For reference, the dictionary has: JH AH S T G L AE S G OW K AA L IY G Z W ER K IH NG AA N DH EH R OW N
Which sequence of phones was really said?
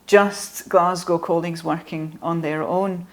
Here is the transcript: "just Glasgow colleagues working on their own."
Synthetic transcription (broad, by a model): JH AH S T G L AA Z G OW K AA L IY G Z W ER K IH NG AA N DH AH R OW N